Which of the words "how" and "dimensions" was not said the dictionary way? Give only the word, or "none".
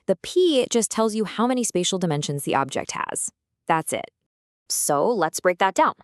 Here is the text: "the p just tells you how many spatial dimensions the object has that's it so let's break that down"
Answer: none